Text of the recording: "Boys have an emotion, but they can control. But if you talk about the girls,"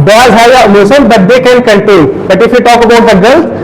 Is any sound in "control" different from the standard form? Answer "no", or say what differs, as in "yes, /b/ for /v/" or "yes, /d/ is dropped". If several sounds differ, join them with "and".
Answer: yes, /ɹ/ is dropped and /n/ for /l/